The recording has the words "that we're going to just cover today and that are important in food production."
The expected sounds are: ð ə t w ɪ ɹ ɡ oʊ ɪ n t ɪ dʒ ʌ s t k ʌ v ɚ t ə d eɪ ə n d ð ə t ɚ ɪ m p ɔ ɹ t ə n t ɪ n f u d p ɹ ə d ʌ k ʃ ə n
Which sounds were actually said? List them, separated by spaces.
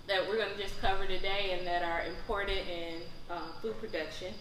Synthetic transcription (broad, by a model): ð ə t w ɪ ɹ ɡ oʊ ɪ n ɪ dʒ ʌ s k ʌ v ɚ t ə d eɪ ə n ð ə t ɚ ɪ m p ɔ ɹ t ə t ɪ n f u d p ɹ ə d ʌ k ʃ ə n